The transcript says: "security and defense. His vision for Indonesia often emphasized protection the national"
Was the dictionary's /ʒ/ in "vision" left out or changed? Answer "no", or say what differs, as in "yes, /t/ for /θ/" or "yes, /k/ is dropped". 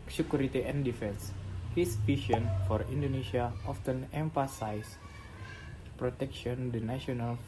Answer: yes, /ʃ/ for /ʒ/